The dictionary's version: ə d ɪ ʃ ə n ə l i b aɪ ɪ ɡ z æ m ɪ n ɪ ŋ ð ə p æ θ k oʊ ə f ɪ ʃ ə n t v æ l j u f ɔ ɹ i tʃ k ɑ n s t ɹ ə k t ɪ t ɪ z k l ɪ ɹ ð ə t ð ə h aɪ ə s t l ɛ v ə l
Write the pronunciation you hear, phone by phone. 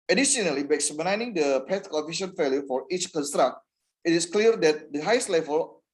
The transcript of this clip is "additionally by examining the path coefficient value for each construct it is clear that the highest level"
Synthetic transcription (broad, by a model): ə d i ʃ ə n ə l i b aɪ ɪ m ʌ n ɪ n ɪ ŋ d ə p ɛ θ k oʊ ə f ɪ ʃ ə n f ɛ l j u f ɔ ɹ i tʃ k ɑ n s t ɹ ə k t ɪ t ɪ s k l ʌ ɹ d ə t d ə h aɪ ə s t l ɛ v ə l